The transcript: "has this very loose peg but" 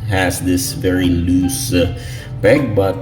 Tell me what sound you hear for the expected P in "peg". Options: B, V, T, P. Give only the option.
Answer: B